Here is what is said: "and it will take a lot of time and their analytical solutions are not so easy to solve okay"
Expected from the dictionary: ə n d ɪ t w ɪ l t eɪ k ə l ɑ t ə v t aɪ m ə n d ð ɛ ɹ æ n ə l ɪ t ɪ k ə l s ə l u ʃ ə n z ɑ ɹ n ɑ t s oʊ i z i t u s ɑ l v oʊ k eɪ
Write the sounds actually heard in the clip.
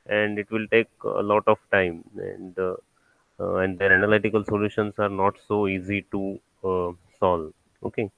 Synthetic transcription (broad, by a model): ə n d ɪ t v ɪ l t eɪ k ə l ɑ t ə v t aɪ m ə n d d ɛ ɹ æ n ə l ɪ t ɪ k ə l s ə l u ʃ ə n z ɑ ɹ n ɑ t s oʊ i z i t u s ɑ l oʊ k eɪ